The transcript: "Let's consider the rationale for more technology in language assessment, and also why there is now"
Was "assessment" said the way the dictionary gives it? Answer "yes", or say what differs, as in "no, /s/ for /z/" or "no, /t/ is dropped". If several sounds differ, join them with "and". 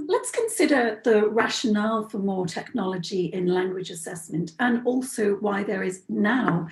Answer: yes